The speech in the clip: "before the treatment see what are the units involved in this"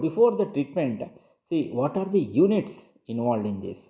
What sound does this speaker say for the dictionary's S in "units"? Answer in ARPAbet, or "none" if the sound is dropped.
S